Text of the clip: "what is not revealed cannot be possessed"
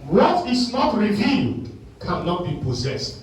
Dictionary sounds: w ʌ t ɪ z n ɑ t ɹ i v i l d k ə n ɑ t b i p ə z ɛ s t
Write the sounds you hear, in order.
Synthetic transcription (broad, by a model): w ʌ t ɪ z n ɑ t ɹ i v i n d k ə n ɑ t b i p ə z ɛ s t